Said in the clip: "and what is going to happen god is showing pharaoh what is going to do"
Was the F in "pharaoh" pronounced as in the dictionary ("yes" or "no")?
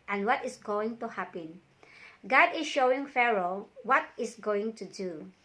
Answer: yes